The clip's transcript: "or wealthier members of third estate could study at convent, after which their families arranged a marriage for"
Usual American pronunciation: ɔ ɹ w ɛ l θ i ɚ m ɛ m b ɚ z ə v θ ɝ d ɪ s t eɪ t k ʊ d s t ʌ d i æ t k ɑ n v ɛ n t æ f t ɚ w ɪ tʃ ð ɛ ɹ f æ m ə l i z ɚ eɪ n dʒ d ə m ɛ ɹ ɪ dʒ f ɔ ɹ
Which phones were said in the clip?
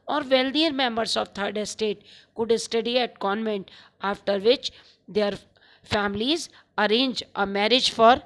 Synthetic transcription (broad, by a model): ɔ ɹ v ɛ l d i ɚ m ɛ m b ɚ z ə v t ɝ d ɪ s t eɪ t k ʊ d s t ʌ d i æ t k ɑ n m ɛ n t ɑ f t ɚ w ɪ tʃ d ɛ ɹ f æ m ə l i z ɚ eɪ n dʒ ə m ɛ ɹ ɪ dʒ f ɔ ɹ